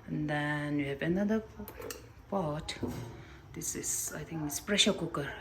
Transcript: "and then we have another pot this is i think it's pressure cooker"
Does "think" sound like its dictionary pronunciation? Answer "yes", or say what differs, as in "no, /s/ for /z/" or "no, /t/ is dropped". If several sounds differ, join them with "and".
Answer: no, /t/ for /θ/